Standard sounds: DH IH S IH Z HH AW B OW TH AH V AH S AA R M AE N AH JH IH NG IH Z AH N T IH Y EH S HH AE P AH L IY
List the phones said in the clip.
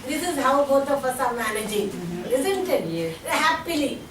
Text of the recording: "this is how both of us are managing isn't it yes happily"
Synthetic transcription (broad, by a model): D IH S IH Z HH AW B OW T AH P AH S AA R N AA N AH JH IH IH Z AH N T IH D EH HH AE P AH L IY